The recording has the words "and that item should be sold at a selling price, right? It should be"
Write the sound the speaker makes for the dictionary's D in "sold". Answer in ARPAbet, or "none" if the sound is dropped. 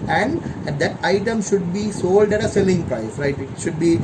D